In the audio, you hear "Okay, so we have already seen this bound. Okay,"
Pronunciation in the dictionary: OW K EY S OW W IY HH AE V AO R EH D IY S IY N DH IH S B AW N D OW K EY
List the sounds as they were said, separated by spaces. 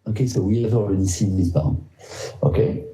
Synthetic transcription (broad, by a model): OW K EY S OW W IY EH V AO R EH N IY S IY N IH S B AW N OW K EY